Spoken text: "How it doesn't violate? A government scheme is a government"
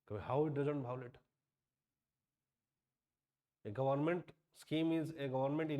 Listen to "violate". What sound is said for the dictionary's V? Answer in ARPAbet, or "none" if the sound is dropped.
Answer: B